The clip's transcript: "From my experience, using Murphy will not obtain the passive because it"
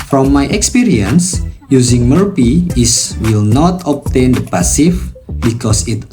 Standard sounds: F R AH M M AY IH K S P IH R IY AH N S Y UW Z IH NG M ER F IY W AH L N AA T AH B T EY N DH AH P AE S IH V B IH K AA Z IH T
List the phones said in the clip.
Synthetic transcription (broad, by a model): F R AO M M AY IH K S P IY R IY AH N S Y UW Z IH NG M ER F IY W AH L N AA T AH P T EY N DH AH P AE S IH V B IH K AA S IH T